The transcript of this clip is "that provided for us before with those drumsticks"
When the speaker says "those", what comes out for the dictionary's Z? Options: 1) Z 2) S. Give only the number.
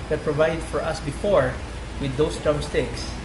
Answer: 2